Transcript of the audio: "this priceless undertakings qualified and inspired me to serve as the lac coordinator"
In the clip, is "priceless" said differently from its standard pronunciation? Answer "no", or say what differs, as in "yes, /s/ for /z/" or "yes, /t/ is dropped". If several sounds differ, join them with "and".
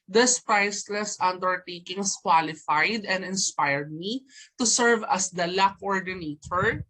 no